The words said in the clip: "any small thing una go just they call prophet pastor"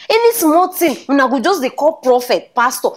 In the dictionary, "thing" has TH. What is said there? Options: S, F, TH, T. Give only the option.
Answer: T